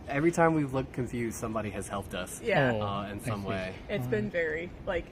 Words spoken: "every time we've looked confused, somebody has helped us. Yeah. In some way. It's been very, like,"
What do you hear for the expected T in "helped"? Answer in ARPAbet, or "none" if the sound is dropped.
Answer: T